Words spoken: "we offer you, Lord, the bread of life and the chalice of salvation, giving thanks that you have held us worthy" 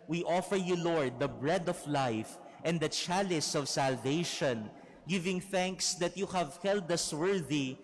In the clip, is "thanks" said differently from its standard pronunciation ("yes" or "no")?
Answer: no